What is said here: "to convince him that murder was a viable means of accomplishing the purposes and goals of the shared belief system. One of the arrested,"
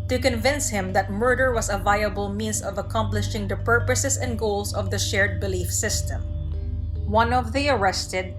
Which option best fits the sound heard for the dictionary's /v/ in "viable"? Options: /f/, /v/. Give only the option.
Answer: /v/